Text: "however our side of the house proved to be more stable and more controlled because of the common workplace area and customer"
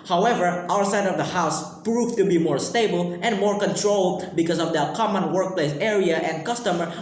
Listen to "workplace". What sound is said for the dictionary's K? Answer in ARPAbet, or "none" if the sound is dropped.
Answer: K